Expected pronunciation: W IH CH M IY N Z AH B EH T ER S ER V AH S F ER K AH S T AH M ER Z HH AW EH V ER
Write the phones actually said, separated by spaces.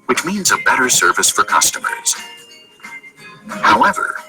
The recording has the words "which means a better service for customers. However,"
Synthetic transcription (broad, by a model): W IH CH M IY N Z AH B EH T ER S ER V AH S F ER K AH S T AH M ER Z HH AW EH V ER